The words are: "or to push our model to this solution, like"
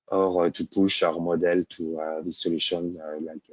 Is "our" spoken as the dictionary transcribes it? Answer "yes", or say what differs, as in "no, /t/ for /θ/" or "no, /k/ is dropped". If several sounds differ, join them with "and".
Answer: yes